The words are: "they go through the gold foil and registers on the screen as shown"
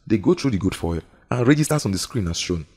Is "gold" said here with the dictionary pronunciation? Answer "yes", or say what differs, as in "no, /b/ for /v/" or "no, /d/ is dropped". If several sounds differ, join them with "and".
no, /l/ is dropped